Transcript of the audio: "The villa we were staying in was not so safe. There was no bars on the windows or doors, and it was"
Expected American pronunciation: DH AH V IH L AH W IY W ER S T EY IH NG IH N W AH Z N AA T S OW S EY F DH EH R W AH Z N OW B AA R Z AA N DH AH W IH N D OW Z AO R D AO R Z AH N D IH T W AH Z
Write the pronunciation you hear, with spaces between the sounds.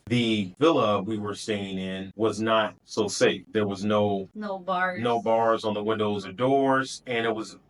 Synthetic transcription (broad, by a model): DH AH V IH L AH W IY W ER S T EY IH NG IH N W AH Z N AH T S OW S EY F DH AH R W AH Z N OW B AA R Z N DH AH W IH N D OW Z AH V D AO R Z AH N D IH T W AH Z